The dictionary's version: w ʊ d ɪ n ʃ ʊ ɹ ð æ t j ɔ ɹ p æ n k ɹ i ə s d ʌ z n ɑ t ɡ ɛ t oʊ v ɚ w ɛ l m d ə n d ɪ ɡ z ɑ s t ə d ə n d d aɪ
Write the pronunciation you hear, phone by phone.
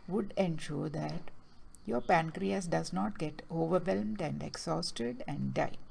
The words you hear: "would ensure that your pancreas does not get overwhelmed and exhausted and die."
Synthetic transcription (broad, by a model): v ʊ d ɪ n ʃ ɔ ɹ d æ t j ɔ ɹ p æ n k ɹ i ə s d ʌ z n ɑ t ɡ ɛ t oʊ v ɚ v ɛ l m d ə n d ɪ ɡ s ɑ s t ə d ə n d d aɪ